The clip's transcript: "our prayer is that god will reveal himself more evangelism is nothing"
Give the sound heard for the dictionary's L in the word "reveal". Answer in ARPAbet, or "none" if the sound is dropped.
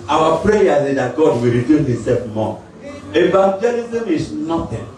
N